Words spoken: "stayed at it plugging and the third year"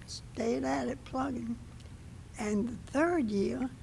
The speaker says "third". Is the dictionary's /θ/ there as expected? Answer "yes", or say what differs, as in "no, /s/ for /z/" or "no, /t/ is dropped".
yes